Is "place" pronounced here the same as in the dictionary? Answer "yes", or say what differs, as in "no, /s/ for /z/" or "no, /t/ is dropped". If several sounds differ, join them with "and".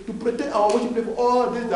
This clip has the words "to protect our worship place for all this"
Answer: no, /s/ is dropped